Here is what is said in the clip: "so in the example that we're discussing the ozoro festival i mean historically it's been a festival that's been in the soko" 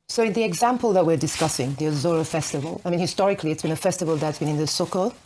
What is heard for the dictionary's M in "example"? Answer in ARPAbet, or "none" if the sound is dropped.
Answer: M